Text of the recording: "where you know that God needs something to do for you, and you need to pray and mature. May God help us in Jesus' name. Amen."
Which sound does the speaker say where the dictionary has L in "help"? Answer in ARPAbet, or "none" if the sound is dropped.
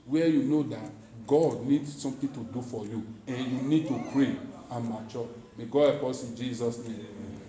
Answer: none